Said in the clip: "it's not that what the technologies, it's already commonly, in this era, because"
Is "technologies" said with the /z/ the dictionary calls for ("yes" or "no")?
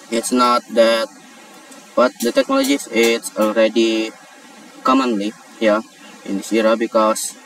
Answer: no